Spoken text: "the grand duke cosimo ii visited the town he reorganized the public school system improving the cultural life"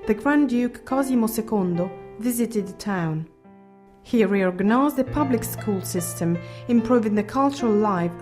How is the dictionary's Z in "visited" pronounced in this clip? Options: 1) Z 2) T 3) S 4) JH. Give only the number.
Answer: 1